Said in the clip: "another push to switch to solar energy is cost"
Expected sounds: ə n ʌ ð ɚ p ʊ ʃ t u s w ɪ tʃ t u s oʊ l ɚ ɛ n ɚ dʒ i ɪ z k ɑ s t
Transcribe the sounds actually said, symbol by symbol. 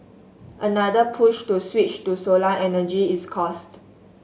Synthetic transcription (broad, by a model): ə n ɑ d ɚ p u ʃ t u s w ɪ tʃ t u s oʊ l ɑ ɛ n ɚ dʒ i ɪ s k ɑ s t